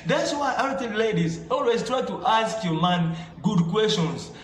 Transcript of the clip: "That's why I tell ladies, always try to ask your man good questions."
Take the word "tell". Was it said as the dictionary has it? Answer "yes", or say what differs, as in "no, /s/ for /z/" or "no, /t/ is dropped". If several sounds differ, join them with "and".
no, /n/ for /l/